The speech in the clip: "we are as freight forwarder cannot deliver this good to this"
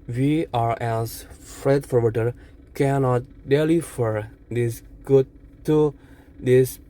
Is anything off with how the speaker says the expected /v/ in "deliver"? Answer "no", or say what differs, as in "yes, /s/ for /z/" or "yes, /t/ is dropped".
yes, /f/ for /v/